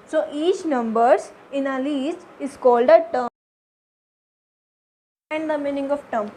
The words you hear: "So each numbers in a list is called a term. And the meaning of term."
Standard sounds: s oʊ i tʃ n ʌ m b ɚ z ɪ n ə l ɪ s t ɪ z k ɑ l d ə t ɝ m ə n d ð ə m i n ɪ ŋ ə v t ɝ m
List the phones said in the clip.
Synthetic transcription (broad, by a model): s oʊ i tʃ n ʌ m b ɚ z ɪ n ə l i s t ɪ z k ɑ l d ə t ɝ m ə n d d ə m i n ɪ ŋ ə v t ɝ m